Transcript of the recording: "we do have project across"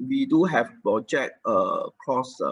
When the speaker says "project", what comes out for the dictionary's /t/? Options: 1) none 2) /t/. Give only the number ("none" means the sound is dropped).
1